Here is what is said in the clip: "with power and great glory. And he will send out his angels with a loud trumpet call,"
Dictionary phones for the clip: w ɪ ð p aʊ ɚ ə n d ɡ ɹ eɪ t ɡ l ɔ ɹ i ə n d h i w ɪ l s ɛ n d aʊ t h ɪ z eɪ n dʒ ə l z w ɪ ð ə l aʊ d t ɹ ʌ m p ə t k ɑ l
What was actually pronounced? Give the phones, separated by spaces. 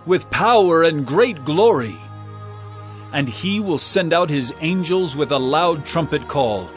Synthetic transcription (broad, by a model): w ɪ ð p aʊ ɚ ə n ɡ ɹ eɪ t ɡ l ɔ ɹ i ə n i w ɪ l s ɛ n d aʊ t h ɪ z eɪ n dʒ ə l z w ɪ ð ə l aʊ d t ɹ ʌ m p ə t k ɑ l